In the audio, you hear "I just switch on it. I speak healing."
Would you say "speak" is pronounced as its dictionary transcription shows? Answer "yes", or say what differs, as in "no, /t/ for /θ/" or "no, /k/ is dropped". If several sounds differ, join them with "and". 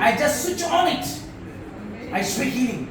no, /p/ is dropped